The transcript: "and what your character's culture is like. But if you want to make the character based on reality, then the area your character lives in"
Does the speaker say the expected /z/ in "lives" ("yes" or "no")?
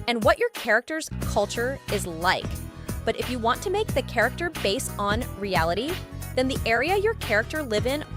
no